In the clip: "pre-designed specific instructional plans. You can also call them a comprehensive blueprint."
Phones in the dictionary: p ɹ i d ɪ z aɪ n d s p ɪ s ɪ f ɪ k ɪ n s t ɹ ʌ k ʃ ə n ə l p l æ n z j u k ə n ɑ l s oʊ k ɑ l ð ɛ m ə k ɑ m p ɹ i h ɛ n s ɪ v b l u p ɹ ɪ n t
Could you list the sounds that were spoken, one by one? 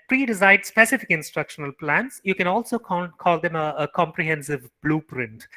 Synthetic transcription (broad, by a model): p ɹ i d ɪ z aɪ d s p ɪ s ɪ f ɪ k ɪ n s t ɹ ʌ k ʃ ə n ə l p l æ n s j u k ə n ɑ l s oʊ k ɑ l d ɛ m ə k ɑ m p ɹ i h ɛ n s ɪ v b l u p ɹ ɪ n t